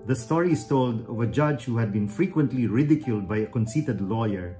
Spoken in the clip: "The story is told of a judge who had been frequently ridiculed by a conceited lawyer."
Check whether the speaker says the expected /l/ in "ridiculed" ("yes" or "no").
yes